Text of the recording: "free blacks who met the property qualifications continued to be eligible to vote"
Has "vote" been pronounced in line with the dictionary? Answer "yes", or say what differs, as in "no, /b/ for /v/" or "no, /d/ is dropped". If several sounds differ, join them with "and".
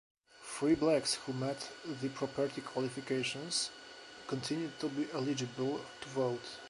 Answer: yes